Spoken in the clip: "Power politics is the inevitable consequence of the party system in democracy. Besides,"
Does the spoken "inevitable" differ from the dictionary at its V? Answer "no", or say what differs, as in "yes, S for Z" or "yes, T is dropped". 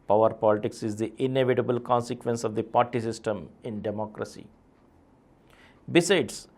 no